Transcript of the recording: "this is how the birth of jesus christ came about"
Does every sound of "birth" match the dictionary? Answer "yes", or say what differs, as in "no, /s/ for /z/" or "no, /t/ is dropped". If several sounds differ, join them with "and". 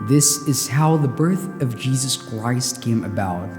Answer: yes